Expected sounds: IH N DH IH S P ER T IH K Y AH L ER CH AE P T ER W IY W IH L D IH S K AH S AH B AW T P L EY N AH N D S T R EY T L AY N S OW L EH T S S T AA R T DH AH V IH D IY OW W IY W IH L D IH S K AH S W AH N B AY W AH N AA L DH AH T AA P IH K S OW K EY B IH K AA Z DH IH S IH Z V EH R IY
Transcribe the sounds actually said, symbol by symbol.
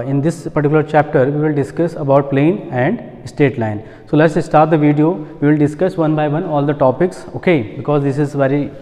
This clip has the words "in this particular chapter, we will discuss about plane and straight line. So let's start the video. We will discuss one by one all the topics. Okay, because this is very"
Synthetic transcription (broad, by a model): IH N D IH S P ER T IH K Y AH L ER CH AE P T ER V IY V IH L D IH S K AH S AH B AW T P L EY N AH N D S T EY T L AY N S OW L EH T S S T AA R T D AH V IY D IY OW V IY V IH L D IH S K AH S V AH N B AY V AH N AA L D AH T AA P IH K S OW K EY B IH K AA Z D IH S IH Z V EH R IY